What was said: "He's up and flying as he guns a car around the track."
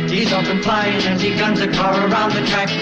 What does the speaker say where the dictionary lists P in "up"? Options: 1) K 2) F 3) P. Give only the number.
2